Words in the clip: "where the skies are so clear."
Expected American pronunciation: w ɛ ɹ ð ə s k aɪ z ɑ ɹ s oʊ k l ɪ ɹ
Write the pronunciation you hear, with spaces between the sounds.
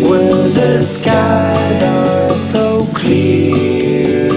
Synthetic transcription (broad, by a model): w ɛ ð ə s k aɪ z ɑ l s oʊ k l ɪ